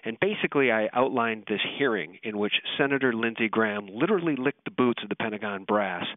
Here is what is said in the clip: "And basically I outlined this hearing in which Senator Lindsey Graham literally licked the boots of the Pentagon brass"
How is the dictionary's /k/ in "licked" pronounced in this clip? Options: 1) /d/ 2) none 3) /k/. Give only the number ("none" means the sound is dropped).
3